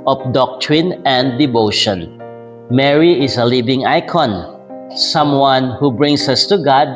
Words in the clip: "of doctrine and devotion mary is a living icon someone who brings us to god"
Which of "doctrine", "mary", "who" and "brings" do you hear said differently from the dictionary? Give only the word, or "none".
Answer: brings